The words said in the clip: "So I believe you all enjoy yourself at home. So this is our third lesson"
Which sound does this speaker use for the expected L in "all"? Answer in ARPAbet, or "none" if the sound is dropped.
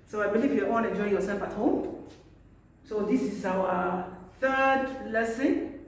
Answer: N